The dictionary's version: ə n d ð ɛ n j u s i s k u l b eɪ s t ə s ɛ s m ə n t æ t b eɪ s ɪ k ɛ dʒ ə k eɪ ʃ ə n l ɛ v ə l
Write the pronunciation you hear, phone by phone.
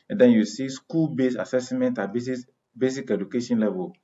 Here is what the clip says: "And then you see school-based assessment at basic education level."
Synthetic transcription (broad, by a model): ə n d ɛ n j u s i s k u l b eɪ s ə s ɛ s m ə n t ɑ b b eɪ s ɪ k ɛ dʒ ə k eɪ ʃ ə n l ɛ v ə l